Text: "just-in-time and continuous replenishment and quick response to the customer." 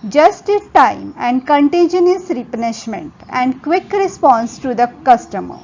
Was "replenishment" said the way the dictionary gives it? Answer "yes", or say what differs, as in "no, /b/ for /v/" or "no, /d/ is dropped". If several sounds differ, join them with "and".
no, /l/ is dropped